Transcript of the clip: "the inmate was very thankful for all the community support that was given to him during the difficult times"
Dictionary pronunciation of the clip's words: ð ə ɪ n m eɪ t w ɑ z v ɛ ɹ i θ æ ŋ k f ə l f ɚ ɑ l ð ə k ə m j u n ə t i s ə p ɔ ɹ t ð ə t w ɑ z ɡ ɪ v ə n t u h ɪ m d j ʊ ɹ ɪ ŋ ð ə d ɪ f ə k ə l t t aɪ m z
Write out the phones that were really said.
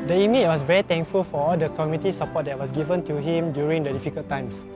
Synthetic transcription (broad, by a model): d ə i m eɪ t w ɑ s v ɛ ɹ i t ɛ ŋ k f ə l f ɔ ɑ l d ə k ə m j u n t i s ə p ɔ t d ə t w ɑ s ɡ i v ə n t u h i m d j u ɹ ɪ ŋ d ə d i f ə k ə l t t aɪ m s